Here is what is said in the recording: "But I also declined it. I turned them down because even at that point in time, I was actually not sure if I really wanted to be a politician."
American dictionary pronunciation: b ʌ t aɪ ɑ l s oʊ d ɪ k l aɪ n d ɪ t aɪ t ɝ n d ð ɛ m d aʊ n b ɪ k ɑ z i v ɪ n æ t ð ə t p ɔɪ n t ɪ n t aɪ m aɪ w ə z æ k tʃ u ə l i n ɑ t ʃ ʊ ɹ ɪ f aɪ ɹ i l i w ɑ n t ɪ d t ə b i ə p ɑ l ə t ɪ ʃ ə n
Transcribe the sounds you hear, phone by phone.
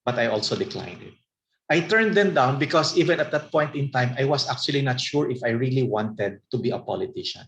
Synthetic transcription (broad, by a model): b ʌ t aɪ ɑ l s oʊ d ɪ k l aɪ n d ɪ t aɪ t ɝ n d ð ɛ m d aʊ n b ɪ k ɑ s i v ɪ n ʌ t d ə t p ɔɪ n t ɪ n t aɪ m aɪ w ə s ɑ k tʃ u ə l i n ɑ t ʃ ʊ ɹ ɪ f aɪ ɹ i l i w ɑ n t ɪ d t ə b i ə p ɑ l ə t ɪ ʃ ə n